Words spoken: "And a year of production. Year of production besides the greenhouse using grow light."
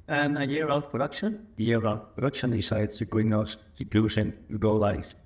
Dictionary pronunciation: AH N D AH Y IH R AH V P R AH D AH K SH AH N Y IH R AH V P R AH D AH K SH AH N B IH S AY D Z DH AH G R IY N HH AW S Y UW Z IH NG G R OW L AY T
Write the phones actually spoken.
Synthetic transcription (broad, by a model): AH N AH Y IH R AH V P R AH D AH K SH AH N Y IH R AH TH P R AH D AH K SH AH N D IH S AY D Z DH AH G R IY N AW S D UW S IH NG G OW L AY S